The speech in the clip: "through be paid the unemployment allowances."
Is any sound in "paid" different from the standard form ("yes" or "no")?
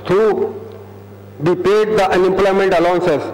no